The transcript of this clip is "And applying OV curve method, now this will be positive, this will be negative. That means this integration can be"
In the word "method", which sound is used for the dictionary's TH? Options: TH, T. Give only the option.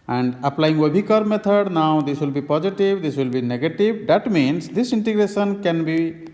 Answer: T